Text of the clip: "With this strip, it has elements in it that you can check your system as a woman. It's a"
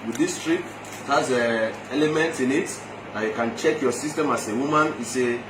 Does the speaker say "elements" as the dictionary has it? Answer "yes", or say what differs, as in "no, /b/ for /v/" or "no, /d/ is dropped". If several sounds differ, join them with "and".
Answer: no, /s/ is dropped